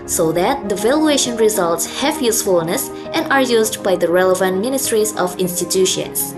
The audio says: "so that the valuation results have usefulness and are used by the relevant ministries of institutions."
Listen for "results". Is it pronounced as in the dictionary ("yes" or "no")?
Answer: yes